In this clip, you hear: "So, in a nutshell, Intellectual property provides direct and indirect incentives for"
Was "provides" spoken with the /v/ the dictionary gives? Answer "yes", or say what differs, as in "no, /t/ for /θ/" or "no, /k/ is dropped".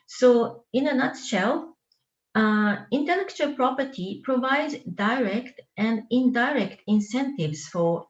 yes